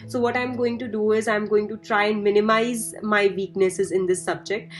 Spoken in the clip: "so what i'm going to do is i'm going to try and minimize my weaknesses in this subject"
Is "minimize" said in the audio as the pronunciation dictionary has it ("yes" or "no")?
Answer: yes